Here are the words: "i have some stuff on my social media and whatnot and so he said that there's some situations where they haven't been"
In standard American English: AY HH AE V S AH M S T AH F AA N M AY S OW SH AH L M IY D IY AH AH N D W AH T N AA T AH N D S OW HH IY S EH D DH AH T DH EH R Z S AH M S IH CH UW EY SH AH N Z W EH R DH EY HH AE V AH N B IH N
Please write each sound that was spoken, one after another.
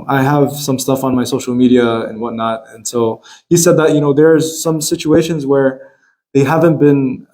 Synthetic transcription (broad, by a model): AY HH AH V S AH M S T AH F N M AY S OW SH L M IY D IY AH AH N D W AH T N AA T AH N S OW HH IY S EH D DH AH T DH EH R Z S AH M S IH CH UW EY SH AH N Z W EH R DH EY HH AE V AH N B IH N